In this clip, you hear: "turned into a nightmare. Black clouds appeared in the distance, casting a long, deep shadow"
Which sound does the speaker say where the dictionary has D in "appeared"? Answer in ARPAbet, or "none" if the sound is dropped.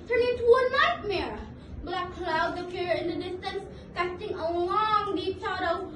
none